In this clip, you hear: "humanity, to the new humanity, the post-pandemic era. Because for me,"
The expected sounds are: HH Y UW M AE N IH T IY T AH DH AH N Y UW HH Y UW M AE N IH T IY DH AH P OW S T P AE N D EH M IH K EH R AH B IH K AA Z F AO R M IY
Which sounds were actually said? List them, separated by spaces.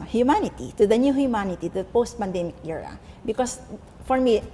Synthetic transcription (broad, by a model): HH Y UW M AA N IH T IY T AH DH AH N Y UW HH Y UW M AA N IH T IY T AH P OW S T P AE N D EH M IH K EH R AH B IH K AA S F AO R M IY